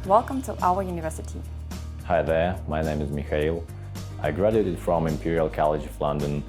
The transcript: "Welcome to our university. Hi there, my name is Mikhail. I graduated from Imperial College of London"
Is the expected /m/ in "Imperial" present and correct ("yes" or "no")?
yes